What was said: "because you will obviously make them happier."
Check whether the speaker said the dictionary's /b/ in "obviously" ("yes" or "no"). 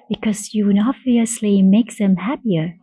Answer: no